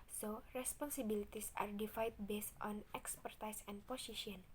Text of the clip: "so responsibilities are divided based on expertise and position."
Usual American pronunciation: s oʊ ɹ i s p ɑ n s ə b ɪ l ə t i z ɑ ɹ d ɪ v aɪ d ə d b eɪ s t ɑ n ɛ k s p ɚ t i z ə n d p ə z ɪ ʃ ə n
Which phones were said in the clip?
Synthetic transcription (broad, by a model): s oʊ ɹ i s p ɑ n s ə b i l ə t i s ɑ ɹ d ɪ f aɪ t b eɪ s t ɑ n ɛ k s p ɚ t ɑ s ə n p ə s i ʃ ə n